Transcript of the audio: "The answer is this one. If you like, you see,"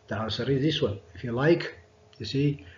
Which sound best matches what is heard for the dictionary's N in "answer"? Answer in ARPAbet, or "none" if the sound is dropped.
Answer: none